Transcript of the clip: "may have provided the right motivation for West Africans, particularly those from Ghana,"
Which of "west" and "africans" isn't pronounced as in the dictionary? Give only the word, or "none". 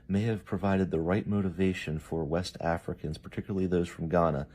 none